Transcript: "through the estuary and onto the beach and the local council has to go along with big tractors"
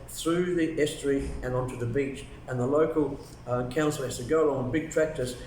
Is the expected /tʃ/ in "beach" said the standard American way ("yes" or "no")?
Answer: yes